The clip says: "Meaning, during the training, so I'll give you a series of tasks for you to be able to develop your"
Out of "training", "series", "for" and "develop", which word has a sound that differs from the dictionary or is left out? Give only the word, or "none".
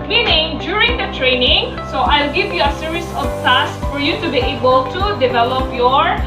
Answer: series